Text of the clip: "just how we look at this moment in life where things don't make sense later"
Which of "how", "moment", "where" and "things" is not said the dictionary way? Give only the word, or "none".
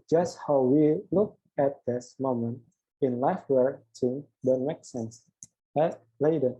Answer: things